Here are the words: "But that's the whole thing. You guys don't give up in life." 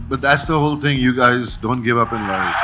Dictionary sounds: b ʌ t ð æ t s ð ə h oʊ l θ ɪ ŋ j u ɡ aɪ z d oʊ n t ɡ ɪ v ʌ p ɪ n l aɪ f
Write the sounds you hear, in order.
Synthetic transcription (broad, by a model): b ʌ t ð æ t s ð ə h oʊ l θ ɪ ŋ j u ɡ aɪ z d oʊ n t ɡ ɪ v ʌ p ɪ n l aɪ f